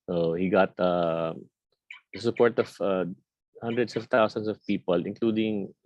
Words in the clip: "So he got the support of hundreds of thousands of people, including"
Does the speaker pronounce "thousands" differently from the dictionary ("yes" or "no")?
yes